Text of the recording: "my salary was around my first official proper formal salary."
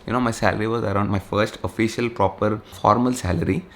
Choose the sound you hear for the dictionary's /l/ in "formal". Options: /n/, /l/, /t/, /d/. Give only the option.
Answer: /l/